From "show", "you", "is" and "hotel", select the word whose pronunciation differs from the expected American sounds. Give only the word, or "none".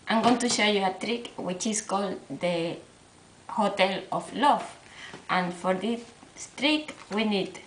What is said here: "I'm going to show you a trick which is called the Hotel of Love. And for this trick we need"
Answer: is